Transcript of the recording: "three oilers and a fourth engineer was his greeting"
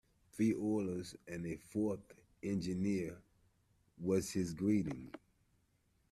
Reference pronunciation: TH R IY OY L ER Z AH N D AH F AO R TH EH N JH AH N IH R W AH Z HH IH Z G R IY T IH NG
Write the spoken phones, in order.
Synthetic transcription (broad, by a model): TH R IY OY L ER Z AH N AH F AO R TH EH N JH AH N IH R W AH Z HH IH Z G R IY T IH NG